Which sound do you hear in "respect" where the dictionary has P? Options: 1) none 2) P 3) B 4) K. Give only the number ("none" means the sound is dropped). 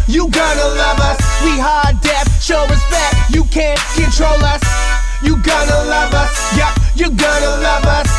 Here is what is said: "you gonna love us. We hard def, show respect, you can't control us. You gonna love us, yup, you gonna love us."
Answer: 3